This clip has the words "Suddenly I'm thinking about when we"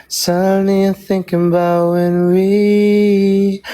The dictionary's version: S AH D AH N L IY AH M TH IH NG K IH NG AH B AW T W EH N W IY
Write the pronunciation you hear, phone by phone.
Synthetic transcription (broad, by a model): S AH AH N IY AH TH IH NG K IH NG AH B AW T W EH N W IY